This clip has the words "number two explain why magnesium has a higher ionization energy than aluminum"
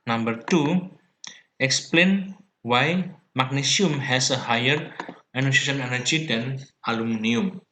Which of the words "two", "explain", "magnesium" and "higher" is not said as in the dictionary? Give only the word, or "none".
magnesium